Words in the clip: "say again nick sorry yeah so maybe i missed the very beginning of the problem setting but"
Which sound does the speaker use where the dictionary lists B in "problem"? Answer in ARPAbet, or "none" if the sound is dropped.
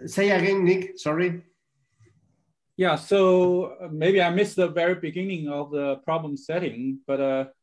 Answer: B